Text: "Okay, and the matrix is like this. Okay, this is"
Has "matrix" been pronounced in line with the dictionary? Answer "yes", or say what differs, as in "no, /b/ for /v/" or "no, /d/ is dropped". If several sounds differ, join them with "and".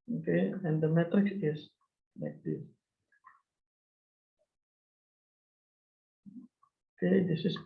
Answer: no, /ɹ/ is dropped